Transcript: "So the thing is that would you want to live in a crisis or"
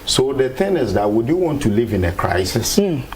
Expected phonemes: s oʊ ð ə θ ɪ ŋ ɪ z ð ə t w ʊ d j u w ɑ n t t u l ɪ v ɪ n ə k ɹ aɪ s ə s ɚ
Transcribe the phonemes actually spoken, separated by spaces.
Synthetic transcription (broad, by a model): s oʊ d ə t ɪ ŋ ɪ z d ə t w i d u w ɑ n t t u l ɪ v ɪ n ə k ɹ aɪ s ə s